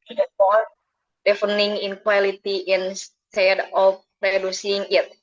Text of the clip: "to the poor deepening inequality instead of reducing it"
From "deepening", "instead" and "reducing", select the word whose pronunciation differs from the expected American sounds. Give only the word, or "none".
deepening